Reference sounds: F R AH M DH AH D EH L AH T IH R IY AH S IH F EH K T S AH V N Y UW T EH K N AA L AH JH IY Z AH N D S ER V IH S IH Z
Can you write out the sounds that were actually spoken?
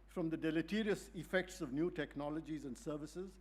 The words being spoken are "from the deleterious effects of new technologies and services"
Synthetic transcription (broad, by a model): F R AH M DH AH D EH L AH T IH R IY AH S IH F EH K T S AH V N Y UW T EH K N AA L AH JH IY Z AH N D S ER V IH S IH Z